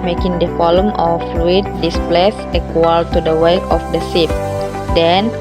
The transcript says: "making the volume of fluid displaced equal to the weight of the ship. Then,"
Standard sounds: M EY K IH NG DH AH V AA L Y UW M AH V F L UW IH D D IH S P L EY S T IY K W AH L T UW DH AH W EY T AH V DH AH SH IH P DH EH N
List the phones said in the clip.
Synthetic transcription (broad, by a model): M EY K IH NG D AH F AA L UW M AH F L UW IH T D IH S P L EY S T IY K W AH L T UW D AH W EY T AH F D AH S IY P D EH N